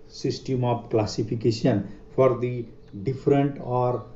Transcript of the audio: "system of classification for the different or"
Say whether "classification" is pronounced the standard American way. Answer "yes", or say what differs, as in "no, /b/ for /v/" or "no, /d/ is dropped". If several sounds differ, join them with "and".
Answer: no, /p/ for /f/